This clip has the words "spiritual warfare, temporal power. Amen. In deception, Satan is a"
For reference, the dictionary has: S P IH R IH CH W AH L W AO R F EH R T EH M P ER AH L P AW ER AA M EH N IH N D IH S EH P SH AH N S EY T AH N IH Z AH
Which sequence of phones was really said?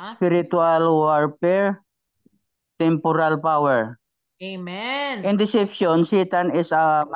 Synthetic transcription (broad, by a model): S P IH R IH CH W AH L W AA R P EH R T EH M P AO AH L P AW ER M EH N IH N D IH S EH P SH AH N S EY T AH N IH S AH